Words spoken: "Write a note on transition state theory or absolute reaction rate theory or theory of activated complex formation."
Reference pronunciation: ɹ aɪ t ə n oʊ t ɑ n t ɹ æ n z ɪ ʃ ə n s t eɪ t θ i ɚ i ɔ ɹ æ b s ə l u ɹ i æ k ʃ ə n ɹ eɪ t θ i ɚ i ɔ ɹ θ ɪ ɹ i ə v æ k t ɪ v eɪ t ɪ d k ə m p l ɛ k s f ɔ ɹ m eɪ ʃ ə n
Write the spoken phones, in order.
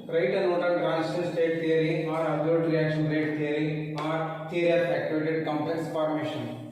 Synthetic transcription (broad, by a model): ɹ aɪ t ə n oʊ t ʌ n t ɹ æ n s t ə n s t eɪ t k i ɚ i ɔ ɹ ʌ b ə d ɹ i æ k ʃ ə n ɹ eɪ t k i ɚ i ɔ ɹ t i ɹ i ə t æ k t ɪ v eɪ t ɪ d k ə m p ɛ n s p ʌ ɹ m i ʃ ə n